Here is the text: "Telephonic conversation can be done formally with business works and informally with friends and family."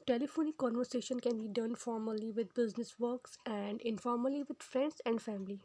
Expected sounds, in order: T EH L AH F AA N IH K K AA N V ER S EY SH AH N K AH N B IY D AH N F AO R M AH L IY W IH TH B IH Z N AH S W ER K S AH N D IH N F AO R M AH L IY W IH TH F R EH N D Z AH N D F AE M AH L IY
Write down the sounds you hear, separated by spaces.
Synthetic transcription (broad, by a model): T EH L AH F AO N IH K K AA N V ER S EY SH AH N K AH N B IY D AH N F AO R M AH L IY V IH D B IH Z N AH S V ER K S AH N D IH N F AO R M AH L IY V IH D F R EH N D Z AH N D F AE M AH L IY